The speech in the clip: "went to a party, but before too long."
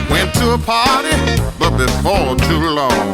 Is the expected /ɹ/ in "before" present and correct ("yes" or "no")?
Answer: no